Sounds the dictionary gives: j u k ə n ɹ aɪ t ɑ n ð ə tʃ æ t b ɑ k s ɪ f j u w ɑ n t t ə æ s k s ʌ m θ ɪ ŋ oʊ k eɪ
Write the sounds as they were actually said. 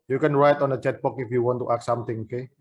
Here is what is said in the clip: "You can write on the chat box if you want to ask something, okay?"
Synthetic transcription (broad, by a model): j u k ə n ɹ aɪ t ɑ n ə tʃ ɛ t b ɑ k ɪ f j u w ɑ n t t ə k s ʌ m t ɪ ŋ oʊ k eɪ